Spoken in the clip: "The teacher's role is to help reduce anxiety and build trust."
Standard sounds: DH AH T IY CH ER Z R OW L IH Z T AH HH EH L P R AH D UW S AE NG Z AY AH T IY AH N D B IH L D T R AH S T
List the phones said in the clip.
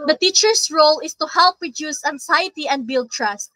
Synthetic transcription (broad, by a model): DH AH T IY CH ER S R OW L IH S T AH HH EH L P R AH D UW S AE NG S AY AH T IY AH N D B IH L D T R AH S T